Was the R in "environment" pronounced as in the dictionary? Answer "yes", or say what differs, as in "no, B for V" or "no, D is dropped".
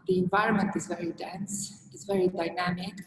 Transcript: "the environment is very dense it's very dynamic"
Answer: yes